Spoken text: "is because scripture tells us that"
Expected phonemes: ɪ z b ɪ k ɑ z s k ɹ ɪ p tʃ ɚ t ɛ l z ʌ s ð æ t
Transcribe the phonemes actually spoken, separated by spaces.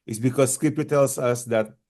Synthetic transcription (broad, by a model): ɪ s b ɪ k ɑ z s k ɪ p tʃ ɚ t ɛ l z ʌ s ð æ t